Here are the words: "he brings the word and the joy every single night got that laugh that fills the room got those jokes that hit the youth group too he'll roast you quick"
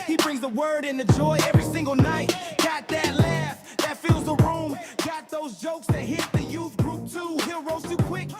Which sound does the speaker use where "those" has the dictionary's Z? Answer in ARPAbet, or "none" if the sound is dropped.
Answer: Z